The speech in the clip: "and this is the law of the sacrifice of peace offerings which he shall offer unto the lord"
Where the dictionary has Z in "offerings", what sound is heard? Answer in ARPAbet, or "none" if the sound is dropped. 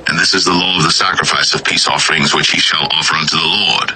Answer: Z